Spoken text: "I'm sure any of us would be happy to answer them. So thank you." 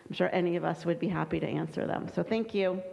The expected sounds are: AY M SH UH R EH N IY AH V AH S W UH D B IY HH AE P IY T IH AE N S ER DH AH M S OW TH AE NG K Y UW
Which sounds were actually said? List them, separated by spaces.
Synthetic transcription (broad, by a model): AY M SH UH R EH N IY AH V AH S W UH D B IY HH AE P IY T IH AE N S ER DH AH M S OW TH AE NG K Y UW